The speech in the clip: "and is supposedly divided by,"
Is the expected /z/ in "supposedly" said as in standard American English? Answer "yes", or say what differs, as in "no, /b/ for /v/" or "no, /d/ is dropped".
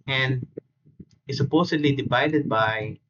no, /s/ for /z/